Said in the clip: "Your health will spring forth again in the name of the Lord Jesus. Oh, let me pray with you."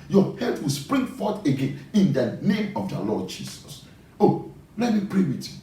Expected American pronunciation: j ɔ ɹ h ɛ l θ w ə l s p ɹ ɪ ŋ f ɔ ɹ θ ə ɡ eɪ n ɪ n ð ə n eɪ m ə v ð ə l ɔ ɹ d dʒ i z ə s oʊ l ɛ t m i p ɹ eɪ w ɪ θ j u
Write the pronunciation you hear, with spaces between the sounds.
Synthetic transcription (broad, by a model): j ɔ h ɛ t w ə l s p ɹ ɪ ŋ f ɔ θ ə ɡ eɪ n ɪ n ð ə n eɪ m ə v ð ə l ɔ d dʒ i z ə s oʊ l ɛ t m i p ɹ eɪ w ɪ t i